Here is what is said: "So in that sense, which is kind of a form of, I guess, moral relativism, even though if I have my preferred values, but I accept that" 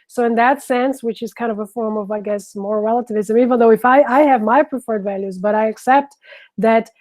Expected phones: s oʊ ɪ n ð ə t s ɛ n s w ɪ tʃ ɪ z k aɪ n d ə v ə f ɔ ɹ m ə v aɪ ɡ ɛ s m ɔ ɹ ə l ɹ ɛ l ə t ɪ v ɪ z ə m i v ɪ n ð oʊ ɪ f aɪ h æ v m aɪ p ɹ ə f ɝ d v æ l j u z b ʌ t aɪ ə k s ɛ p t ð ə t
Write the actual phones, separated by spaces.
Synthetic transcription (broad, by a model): s oʊ ɪ n ð ə t s ɛ n s w ɪ tʃ ɪ z k aɪ n d ə v ə f ɔ ɹ m ə v aɪ ɡ ɛ s m ɔ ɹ ɹ ɛ l ə t ɪ v ɪ z ə m i v ɪ n ð oʊ ɪ f aɪ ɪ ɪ v m aɪ p ɹ ə f ɝ d v æ l j u z b ʌ t aɪ ə k s ɛ p t ð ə t